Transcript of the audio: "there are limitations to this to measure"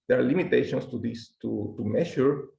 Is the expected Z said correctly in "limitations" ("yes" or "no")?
no